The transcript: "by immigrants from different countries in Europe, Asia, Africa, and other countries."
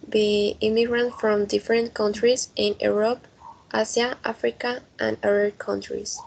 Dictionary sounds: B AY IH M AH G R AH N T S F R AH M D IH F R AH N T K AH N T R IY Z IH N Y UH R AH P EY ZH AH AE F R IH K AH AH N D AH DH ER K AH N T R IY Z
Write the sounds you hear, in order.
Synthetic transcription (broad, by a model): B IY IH M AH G R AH N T F R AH M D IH F R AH N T K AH N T R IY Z IH N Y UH R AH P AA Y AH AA F R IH K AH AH N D AH DH ER K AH N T R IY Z